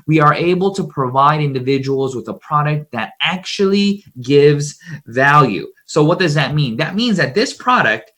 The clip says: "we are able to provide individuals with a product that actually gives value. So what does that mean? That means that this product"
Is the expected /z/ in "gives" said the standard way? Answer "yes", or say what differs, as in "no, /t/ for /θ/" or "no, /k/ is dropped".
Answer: yes